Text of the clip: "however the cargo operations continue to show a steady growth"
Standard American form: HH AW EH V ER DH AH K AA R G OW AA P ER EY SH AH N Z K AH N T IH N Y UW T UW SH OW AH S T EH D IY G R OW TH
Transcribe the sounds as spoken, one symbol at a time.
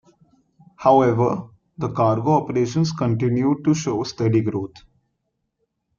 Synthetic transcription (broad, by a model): HH AW EH V ER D AH K AA R G OW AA P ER EY SH AH N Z K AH N T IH N Y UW T UW SH OW S T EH D IY G R OW T